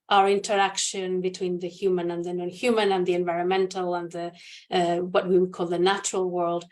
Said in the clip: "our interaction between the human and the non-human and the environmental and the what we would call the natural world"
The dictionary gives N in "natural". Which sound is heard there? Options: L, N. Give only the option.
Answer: N